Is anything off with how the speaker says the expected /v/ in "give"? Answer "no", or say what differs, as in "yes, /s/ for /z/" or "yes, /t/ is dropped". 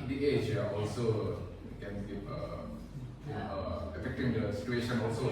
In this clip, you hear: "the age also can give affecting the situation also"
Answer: yes, /p/ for /v/